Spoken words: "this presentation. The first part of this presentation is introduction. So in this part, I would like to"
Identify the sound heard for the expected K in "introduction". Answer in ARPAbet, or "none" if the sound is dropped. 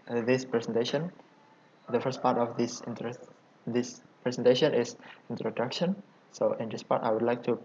K